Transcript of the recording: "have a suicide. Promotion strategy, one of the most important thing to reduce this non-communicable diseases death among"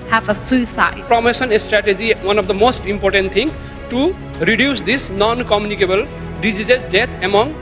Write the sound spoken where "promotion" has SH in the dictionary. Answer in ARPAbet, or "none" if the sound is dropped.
S